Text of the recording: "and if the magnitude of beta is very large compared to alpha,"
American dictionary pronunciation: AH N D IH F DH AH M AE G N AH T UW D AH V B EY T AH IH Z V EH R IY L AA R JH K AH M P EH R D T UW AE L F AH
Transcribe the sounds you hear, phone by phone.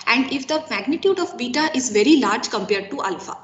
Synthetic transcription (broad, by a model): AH N D IH F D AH M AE G N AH T UW D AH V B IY T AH IH Z V EH R IY L AA R JH K AH M P EH R D T UW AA L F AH